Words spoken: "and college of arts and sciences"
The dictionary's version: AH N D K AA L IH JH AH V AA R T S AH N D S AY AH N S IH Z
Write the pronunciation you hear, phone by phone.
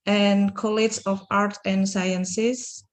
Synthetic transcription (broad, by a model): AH N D K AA L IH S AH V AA R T AH N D S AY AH N S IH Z